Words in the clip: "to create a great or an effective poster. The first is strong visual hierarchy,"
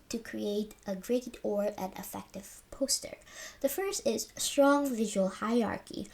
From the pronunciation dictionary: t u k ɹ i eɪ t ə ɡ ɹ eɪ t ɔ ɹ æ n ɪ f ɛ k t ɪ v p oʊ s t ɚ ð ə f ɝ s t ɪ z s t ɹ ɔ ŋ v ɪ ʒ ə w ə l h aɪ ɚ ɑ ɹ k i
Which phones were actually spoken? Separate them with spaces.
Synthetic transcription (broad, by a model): t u k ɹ i eɪ t ə ɡ ɹ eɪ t ɔ ɹ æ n ɪ f ɛ k t ɪ v p oʊ s t ɚ ð ə f ɝ s t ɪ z s t ɹ ɔ ŋ v ɪ ʒ ə w ə l h aɪ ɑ ɹ k i